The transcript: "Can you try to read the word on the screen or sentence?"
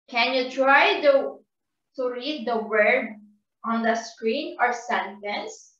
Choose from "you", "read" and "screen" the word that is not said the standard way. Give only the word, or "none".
none